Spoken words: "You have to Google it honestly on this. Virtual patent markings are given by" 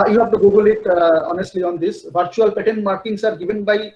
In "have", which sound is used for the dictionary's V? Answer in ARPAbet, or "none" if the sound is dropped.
P